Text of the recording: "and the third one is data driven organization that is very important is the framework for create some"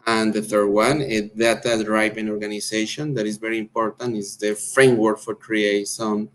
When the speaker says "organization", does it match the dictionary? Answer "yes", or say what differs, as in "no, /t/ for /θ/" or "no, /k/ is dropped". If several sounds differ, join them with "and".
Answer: no, /s/ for /z/